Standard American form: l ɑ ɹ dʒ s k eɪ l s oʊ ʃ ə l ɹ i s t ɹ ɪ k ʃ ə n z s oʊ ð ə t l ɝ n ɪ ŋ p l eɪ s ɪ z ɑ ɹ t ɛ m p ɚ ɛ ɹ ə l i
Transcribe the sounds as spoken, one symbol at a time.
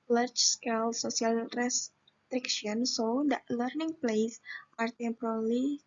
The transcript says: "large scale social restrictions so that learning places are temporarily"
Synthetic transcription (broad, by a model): l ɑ ɹ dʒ s k eɪ l s oʊ s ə l ɹ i s t ɹ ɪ k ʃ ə n s oʊ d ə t l ɝ n ɪ ŋ p l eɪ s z ɑ ɹ t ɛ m p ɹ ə l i